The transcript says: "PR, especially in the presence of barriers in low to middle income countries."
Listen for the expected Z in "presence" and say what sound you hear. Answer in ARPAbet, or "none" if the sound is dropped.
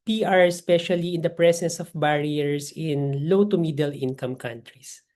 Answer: S